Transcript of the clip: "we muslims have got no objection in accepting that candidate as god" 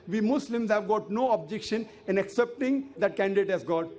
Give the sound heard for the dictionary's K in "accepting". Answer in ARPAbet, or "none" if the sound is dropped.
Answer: K